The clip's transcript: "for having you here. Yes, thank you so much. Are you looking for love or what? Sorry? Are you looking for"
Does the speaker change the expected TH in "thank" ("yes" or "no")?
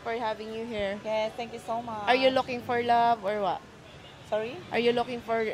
yes